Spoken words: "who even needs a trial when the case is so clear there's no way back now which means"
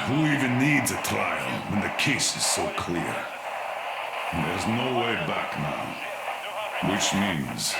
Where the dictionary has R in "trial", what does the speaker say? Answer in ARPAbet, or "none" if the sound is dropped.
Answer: none